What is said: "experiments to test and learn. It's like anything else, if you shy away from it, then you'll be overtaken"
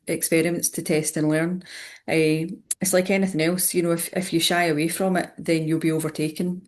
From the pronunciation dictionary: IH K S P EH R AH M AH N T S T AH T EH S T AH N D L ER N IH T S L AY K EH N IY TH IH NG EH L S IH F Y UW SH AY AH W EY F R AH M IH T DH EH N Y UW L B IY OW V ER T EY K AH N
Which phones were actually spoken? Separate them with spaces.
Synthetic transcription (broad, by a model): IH K S P EH R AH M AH N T S T AH T EH S T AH N L ER N IH T S L AY K EH N IY TH IH NG EH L S IH F Y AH SH AY AH W EY F R AH M IH T DH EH N Y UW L B IY OW V ER T EY K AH N